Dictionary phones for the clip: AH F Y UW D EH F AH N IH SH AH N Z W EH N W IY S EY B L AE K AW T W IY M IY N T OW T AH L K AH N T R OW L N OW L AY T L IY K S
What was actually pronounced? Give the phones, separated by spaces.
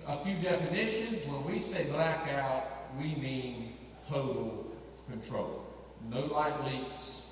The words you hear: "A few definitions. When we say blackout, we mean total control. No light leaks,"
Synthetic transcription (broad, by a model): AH F Y UW D EH F AH N IH SH AH N Z W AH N W IY S EY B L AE K AW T W IY M IY N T OW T L K AH N T R OW L N OW L AY T L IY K S